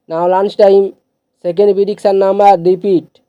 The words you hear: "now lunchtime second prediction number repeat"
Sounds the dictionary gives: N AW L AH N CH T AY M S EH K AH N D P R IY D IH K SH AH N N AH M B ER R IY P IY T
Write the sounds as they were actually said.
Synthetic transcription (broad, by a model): N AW L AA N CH T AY M S EH K AH N D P IY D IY K S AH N N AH M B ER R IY P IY T